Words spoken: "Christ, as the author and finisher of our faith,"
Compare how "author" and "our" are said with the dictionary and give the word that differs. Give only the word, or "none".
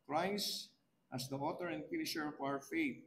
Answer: author